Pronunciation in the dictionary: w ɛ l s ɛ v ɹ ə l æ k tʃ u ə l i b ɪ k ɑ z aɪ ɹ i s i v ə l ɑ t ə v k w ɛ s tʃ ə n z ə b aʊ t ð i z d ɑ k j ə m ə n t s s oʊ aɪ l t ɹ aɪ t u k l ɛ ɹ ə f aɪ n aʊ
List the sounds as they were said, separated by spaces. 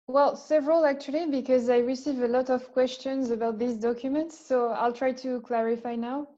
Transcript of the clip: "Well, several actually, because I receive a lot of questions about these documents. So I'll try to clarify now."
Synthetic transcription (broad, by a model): w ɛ l s ɛ v ɹ ə l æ k tʃ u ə l i b ɪ k ɑ z aɪ ɹ i s i v ə l ɑ t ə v k w ɛ s tʃ ə n z ə b aʊ t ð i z d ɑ k j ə m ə n t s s oʊ aɪ l t ɹ aɪ t u k l ɛ ɹ ə f aɪ n aʊ